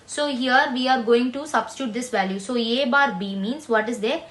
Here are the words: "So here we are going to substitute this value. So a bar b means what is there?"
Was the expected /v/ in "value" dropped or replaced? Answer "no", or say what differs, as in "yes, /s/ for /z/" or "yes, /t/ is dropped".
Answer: no